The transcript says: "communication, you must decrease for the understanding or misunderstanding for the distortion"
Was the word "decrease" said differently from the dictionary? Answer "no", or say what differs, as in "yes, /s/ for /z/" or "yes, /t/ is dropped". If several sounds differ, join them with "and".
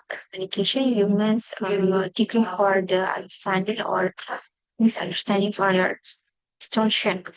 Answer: yes, /ɹ/ is dropped